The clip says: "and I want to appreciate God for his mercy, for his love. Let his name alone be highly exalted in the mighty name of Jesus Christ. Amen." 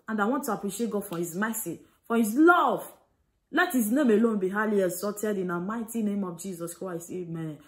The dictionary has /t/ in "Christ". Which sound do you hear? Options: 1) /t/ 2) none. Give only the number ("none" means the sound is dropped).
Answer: 2